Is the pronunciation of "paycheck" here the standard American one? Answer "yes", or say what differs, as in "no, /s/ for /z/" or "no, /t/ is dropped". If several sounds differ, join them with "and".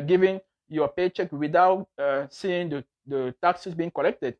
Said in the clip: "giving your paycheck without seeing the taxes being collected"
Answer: yes